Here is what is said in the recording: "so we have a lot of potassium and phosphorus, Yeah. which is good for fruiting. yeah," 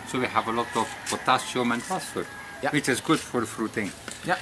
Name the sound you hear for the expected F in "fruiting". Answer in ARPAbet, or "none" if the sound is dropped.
F